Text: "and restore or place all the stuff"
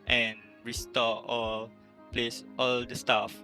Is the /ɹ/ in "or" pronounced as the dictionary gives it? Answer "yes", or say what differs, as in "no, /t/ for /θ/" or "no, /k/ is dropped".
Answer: no, /l/ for /ɹ/